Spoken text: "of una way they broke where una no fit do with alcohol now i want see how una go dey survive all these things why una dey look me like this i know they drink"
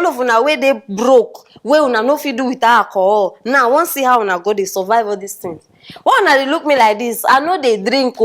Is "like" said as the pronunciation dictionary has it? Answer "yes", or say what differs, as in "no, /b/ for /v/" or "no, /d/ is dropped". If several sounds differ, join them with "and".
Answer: yes